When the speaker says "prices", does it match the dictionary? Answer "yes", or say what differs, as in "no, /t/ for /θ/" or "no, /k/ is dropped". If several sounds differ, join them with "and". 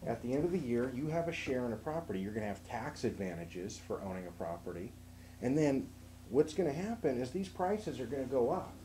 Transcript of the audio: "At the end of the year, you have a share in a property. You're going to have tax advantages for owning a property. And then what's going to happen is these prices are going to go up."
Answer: yes